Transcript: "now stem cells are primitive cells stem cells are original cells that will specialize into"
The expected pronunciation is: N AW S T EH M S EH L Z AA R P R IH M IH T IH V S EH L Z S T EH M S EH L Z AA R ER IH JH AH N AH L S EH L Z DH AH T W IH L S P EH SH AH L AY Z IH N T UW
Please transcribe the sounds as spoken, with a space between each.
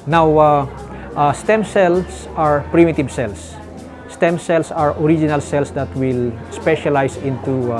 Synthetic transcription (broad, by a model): N AW S T EH M S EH L S AA R P R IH M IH T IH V S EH L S S T EH M S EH L S AA R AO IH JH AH N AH L S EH L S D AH T W IH L S P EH SH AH L AY S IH N T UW